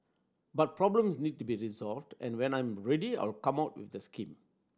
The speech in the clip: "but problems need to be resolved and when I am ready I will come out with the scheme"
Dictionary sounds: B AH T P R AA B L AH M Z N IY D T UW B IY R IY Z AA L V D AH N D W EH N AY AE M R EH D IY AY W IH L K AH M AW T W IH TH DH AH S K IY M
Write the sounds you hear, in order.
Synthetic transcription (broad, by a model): B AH T P R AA B L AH M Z N IY D T UW B IY R IY Z AA L V D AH N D W EH N AY M R EH D IY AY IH L K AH M AW T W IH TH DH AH S K IY M